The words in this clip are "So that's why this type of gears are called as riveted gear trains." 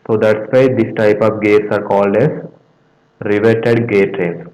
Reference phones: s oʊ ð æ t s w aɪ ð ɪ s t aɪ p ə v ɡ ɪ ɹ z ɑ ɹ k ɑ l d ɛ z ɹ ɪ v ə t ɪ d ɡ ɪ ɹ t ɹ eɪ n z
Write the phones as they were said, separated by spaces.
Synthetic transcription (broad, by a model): s oʊ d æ t s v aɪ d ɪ s t aɪ p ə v ɡ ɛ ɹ s ɑ ɹ k ɑ l d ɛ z ɹ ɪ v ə t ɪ d ɡ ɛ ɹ t ɹ eɪ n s